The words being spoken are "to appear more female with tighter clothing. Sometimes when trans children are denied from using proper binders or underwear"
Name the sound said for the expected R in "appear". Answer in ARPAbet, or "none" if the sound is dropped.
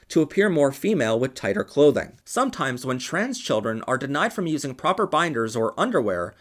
R